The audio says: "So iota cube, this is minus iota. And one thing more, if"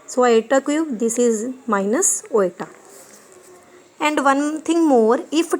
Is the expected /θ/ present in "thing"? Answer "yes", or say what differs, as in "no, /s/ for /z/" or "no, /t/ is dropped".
no, /t/ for /θ/